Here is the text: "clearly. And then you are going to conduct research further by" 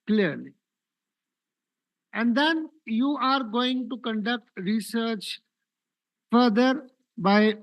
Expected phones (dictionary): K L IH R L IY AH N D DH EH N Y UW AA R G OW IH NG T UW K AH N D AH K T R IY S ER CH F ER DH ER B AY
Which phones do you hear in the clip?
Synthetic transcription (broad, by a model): K L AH R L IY AH N D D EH N Y UW AA R G OW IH NG T UW K AH N D AH K T R IY S ER CH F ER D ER B AY